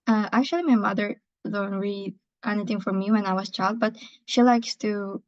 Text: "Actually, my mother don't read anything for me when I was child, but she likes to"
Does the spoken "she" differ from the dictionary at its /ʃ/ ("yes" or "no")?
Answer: no